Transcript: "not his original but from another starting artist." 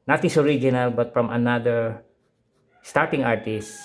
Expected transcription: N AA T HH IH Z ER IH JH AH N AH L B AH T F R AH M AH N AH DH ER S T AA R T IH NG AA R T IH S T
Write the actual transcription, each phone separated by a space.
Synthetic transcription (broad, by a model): N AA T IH S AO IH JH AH N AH L B AH T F R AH M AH N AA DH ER S T AA R T IH NG AA R T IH S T